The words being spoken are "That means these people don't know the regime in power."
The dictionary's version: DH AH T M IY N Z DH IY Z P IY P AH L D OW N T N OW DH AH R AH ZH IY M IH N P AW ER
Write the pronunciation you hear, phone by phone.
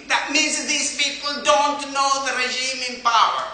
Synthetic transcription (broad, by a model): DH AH T M IY N Z DH IY Z P IY P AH L D OW N T N OW DH AH R AH ZH IY M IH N P AW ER